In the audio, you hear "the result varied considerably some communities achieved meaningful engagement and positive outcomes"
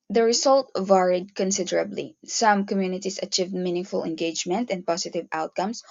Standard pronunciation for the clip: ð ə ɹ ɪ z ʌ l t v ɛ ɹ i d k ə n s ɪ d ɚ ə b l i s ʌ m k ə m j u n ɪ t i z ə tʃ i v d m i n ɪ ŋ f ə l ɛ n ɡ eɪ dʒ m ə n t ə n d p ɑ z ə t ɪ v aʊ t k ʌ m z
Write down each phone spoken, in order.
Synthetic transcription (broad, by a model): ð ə ɹ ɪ s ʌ l t v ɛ ɹ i d k ə n s ɪ d ɚ ə b l i s ʌ m k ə m j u n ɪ t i s ə tʃ i v d m i n ɪ ŋ f ə l ɛ n ɡ eɪ dʒ m ə n t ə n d p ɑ s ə t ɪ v aʊ t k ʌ m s